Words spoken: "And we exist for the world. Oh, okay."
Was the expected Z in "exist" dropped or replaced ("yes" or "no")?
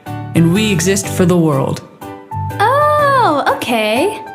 no